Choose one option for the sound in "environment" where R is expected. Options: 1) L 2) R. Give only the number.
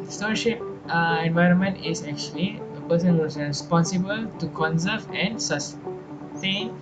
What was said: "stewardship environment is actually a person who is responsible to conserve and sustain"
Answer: 2